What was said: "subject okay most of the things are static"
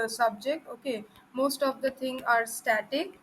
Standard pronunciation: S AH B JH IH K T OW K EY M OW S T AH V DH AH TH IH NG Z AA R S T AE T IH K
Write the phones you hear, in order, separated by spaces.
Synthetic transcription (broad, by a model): S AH B JH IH K T OW K EY M OW S T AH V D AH T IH NG AA R S T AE T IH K